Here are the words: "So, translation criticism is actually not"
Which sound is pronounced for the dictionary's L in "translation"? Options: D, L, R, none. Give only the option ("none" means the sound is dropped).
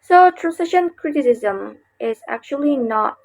none